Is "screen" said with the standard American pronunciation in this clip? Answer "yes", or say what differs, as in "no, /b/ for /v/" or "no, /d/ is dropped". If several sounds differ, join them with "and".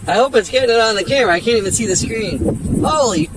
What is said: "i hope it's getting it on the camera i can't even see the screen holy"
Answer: yes